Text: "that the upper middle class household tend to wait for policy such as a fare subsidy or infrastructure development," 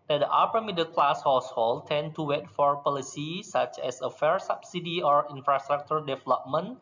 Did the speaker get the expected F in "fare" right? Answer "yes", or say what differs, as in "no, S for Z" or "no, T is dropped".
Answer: yes